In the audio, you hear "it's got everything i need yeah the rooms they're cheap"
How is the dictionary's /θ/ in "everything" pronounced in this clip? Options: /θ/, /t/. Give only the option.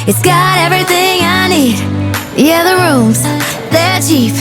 /θ/